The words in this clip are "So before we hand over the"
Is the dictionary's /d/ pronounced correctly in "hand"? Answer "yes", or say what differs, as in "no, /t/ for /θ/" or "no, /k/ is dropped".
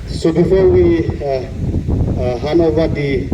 no, /d/ is dropped